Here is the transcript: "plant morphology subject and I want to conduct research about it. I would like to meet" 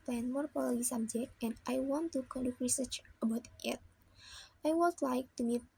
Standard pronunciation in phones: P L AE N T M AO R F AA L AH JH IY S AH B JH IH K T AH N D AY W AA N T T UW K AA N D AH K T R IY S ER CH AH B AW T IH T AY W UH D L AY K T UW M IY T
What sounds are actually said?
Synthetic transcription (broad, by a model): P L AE N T M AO R P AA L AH IY S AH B JH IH K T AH N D AY W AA N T T UW K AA N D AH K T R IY S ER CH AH B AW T IH T AY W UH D L AY K T UW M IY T